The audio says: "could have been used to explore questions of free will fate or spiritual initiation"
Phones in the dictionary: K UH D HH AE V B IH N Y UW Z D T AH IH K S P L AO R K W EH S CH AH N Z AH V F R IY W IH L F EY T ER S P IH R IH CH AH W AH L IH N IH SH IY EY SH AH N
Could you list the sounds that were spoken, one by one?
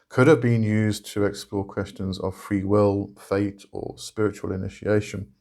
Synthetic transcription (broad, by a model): K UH D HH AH V B IH N Y UW Z T AH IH K S P L AO K W EH S CH AH N Z AH V F R IY W IH L F EY T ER S P IH R IH CH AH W AH L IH N IH SH IY EY SH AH N